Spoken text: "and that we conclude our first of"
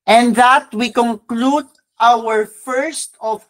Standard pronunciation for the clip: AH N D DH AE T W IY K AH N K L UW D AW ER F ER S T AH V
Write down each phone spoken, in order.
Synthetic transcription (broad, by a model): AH N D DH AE T W IY K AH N K L UW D AW ER F ER S T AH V